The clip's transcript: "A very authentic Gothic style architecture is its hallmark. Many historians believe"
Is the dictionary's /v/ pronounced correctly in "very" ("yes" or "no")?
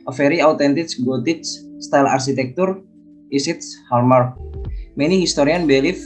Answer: no